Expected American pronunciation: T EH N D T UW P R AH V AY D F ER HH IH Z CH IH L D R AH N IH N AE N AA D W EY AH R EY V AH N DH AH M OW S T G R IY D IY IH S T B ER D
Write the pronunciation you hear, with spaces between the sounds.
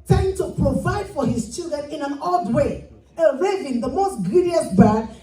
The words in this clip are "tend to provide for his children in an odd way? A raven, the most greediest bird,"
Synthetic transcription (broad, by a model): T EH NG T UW P R AH V AY D F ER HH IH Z CH IH L D R AH N IH N AE N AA D W EY AH R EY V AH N DH AH M OW S T G R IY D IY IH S B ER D